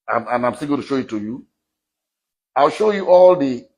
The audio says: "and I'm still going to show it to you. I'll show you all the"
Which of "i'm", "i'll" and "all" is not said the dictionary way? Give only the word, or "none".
none